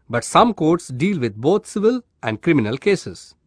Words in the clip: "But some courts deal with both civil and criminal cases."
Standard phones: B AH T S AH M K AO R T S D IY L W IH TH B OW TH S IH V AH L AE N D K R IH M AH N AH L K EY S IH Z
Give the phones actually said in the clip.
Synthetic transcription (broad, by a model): B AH T S AH M K AO R T S D IY L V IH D B OW T S IH V AH L AE N D K R IH M AH N AH L K EY S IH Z